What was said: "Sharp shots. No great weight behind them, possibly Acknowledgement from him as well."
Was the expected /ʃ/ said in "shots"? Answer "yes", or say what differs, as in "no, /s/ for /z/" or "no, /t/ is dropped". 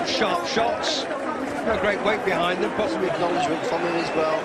yes